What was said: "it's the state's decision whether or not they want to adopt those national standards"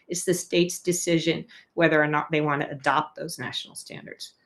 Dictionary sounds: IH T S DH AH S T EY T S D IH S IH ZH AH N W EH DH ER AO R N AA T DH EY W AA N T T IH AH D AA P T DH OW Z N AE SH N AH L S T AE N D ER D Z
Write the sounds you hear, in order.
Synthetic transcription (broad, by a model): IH T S DH AH S T EY T S D IH S IH ZH AH N W EH DH ER R N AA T DH EY W AA N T T IH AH D AA P T DH OW Z N AE SH N L S T AE N D ER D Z